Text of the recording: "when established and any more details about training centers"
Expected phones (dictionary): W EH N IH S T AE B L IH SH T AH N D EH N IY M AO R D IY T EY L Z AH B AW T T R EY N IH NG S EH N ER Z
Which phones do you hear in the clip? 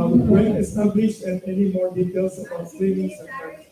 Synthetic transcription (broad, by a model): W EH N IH S T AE B L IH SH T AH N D EH N IY M AO R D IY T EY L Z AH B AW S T EY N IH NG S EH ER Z